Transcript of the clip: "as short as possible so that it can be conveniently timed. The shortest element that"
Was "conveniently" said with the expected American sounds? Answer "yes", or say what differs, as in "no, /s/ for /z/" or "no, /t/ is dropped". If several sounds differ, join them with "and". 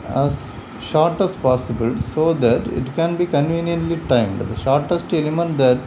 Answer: yes